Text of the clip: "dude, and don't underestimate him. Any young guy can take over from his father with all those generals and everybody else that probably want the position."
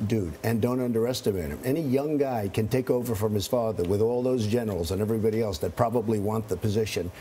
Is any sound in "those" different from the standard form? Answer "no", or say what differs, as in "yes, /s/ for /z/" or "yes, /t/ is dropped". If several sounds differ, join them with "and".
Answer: no